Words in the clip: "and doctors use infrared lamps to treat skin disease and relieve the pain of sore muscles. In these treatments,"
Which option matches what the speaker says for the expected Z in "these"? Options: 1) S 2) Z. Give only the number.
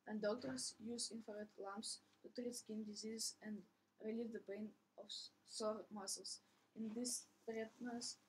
1